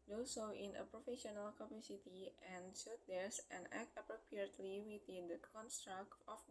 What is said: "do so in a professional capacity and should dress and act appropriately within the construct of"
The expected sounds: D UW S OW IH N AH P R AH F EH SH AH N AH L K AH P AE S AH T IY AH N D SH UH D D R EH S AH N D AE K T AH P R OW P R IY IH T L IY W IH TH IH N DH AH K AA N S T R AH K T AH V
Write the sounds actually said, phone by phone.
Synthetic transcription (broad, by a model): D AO S OW IH N AH P R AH F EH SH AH N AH L K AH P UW S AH T IY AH N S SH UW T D EH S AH N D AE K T AH P R OW P R IY IH T L IY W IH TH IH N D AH K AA N S T R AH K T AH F